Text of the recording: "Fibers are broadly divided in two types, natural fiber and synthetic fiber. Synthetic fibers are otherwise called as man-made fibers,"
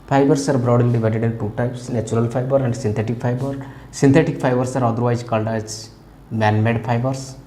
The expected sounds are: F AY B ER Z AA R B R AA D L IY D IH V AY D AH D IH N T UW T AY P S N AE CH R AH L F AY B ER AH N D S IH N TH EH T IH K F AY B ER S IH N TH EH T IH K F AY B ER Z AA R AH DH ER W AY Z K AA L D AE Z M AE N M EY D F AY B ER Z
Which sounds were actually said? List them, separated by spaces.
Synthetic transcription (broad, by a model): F AY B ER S AA R B R AA D L IY D IH V AY D AH D IH N T UW T AY P S N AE CH R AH L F AY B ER AH N D S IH N T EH T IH K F AY B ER S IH N T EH T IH K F AY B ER S AA R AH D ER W AY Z K AA L D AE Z M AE N M EY D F AY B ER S